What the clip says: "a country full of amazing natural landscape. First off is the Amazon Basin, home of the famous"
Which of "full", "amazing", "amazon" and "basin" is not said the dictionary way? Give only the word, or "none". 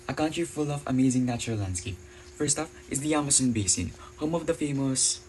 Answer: amazon